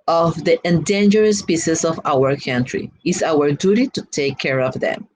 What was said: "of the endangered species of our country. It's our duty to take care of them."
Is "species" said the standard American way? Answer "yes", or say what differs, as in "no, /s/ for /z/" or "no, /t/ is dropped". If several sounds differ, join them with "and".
no, /s/ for /ʃ/